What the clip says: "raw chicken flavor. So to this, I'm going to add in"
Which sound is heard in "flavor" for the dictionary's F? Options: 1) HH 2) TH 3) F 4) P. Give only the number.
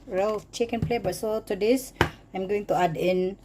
4